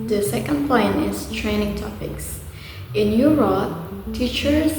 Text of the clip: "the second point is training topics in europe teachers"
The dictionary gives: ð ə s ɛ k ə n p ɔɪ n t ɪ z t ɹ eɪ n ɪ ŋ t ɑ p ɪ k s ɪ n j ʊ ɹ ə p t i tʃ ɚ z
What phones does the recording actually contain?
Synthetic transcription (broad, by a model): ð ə s ɛ k ə n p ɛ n ɪ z t ɹ eɪ n ɪ ŋ t ɑ p ɪ k s ɪ n j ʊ ɹ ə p t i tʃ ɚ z